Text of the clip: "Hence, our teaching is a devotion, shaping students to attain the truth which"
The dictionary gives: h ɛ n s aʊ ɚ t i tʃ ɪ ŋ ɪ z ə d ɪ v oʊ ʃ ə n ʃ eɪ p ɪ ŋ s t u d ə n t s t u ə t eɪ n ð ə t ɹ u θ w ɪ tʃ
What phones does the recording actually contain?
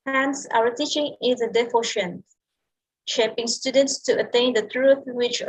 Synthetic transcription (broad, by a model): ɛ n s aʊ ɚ t i tʃ ɪ ŋ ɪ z ə d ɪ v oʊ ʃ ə n ʃ eɪ p ɪ ŋ s t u d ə n t s t u ə t eɪ n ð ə t ɹ u θ w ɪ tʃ